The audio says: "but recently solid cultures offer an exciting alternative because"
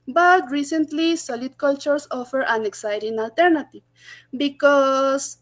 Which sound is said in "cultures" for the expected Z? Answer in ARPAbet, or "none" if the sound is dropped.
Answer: S